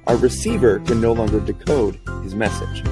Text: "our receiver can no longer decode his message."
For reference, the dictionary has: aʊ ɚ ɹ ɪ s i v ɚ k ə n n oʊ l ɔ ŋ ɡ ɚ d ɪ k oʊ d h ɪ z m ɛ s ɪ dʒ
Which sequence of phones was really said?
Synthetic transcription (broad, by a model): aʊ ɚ ɹ ɪ s i v ɚ k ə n n oʊ l ɔ ŋ ɡ ɚ d ɪ k oʊ d h ɪ z m ɛ s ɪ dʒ